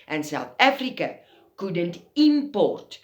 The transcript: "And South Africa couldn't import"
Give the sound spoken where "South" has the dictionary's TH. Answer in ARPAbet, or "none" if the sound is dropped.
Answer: T